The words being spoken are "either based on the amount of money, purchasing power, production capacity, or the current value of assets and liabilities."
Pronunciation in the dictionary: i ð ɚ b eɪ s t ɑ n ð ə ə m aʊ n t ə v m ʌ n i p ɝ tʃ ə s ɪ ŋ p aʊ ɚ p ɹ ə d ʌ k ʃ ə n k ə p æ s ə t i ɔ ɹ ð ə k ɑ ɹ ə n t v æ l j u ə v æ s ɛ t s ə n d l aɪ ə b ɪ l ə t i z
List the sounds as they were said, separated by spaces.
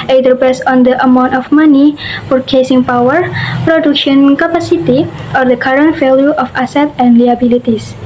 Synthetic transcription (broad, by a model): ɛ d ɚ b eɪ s ɑ n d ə ə m aʊ n t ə f m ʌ n i f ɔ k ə s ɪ ŋ p aʊ ɚ p ɹ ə d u k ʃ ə n k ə p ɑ s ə t i ɔ ɹ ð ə k ɑ ɹ ə n t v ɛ l j u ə f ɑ s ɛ t ə n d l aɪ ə b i l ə t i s